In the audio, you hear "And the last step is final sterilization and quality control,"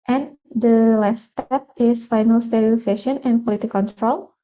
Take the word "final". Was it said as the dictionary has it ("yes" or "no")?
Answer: yes